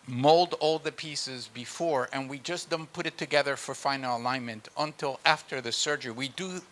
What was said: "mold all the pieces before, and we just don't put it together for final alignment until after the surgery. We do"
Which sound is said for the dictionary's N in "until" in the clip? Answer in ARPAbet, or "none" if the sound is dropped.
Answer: N